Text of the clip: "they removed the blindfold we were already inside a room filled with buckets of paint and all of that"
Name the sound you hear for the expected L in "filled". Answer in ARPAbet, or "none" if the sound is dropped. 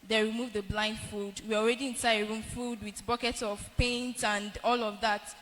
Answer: none